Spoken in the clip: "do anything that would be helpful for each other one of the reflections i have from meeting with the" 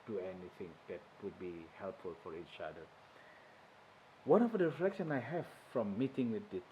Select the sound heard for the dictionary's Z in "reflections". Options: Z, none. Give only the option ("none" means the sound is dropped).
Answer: none